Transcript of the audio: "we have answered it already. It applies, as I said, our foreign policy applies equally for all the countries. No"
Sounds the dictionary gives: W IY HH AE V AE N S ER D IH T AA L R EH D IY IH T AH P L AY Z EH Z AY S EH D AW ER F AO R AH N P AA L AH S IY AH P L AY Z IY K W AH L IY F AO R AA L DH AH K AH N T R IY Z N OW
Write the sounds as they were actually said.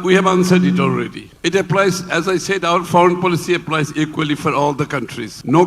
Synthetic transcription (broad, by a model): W IY HH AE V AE N S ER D IH T AA L R EH D IY IH T AH P L AY Z EH Z AY S EH D AW ER F AO R AH N P AA L AH S IY AH P L AY Z IY K W AH L IY F AO R AA L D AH K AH N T R IY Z N OW